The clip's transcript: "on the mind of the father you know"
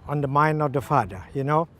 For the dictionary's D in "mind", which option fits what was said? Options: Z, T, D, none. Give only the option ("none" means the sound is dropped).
D